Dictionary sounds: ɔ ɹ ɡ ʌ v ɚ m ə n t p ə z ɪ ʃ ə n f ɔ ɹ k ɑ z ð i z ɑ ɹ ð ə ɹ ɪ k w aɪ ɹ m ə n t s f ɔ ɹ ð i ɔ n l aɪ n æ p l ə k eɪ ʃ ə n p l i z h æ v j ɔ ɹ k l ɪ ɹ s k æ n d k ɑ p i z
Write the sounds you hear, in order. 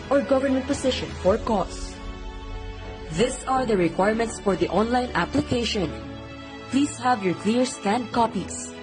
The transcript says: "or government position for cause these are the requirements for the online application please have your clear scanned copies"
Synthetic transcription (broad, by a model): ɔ ɹ ɡ ʌ v ɚ m ə n t p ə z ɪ ʃ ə n f ɔ ɹ k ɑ s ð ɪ s ɑ ɹ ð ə ɹ ɪ k w aɪ ɹ m ə n t s f ɔ ɹ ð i ɔ n l aɪ n æ p l ə k eɪ ʃ ə n p l i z h æ v j ɔ ɹ k l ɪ ɹ s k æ n d k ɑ p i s